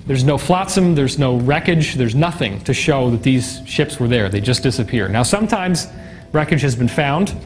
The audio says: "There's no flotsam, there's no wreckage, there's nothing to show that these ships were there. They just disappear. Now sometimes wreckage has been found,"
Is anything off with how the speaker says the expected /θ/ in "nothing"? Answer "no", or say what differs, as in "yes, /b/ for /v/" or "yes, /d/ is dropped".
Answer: no